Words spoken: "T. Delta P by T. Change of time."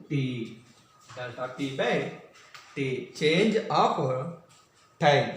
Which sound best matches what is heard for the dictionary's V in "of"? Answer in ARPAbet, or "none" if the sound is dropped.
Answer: P